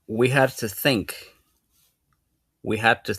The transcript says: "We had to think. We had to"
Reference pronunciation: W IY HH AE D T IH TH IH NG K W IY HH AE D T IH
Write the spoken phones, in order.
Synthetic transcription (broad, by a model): W IY HH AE D T IH TH IH NG K W IY HH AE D T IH